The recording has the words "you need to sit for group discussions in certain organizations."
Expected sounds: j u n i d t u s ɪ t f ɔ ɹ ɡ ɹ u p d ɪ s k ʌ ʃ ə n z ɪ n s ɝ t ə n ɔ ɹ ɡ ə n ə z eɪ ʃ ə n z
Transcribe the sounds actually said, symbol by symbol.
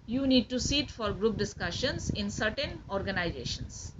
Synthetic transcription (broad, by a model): j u n i d t u s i t f ɔ ɹ ɡ ɹ u p d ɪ s k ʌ ʃ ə n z ɪ n s ɝ t ə n ɔ ɹ ɡ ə n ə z eɪ ʃ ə n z